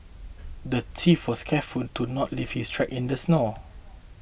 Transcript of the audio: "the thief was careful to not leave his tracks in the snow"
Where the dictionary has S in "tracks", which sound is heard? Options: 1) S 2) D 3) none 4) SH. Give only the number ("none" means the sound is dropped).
3